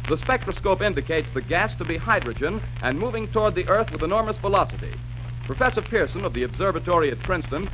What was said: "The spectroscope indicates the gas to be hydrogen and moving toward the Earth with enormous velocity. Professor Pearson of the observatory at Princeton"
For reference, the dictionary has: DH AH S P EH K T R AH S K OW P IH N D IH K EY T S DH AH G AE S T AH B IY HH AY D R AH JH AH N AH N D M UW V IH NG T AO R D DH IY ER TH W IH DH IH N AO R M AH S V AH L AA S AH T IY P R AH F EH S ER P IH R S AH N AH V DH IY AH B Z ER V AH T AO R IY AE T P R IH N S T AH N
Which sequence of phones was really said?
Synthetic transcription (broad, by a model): DH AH S P EH K T R AH S K OW P IH N D IH K EY T S DH AH G AE S T AH B IY HH AY D R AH JH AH N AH N M UW V IH NG T AO R D DH IY ER TH W IH DH IH N AO R M AH S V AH L AA S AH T IY P R AH F EH S ER P IH R S AH N AH V DH IY AH B Z ER V AH T AO R IY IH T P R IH N S T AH N